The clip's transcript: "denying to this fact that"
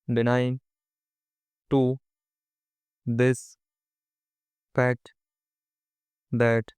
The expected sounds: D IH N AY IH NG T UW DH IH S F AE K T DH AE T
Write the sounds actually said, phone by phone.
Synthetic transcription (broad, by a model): D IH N AY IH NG T UW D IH S P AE T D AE T